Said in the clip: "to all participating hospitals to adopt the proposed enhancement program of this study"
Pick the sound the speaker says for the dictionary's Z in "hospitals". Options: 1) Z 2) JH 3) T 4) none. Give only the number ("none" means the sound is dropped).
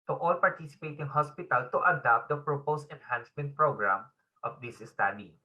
4